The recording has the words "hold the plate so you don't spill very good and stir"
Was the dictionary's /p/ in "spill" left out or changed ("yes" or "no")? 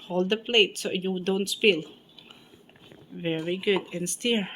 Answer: no